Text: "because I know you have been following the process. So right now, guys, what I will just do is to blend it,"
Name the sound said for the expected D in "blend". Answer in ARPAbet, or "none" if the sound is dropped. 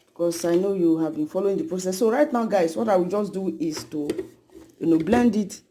D